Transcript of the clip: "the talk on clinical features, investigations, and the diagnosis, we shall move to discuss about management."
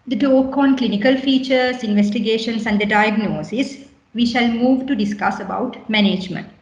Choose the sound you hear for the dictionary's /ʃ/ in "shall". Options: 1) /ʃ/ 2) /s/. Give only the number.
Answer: 1